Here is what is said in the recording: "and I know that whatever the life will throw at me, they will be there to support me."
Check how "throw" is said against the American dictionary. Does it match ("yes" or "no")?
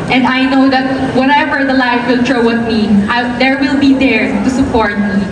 no